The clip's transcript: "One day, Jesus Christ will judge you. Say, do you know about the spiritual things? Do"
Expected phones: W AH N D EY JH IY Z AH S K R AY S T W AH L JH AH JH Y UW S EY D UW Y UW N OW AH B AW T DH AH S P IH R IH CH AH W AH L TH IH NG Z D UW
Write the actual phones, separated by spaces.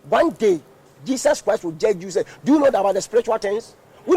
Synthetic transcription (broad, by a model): W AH N D EY JH IY S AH S K R AY S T W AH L JH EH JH Y UW S EY D UW Y UW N OW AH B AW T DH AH S P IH R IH CH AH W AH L T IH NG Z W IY